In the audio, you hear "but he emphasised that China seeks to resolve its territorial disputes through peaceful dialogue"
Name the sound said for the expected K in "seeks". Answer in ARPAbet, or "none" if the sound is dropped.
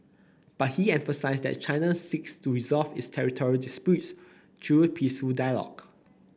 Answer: K